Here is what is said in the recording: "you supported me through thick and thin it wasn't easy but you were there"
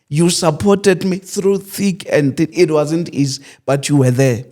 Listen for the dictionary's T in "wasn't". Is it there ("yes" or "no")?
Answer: yes